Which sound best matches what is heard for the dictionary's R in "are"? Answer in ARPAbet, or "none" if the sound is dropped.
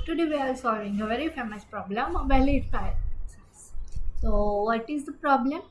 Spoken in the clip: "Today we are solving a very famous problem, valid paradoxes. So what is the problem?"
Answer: L